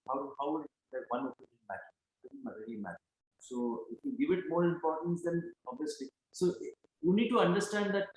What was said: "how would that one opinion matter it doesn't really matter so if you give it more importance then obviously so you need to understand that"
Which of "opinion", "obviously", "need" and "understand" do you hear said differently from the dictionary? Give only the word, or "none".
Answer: opinion